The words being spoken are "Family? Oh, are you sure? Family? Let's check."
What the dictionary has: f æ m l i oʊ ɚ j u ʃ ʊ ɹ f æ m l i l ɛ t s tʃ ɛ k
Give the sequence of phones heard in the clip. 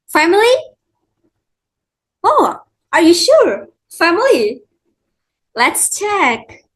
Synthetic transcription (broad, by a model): f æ m l i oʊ ɚ j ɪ ʃ ʊ ɹ f æ m l i l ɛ t s tʃ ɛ k